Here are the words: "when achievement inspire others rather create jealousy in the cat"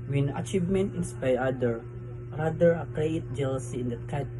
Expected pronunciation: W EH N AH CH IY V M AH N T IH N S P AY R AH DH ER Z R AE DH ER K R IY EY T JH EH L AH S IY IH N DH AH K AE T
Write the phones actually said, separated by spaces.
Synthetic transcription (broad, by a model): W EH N AH CH IY V M AH N T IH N S P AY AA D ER R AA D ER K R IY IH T JH EH L AH S IY IH N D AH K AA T